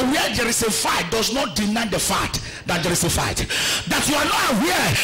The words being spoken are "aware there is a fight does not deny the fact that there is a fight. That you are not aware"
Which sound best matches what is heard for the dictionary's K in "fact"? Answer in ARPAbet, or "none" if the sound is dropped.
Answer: none